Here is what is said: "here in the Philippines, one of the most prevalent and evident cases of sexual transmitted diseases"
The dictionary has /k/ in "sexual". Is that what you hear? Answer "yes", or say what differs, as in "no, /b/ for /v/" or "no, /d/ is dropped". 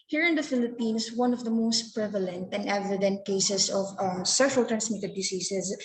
no, /k/ is dropped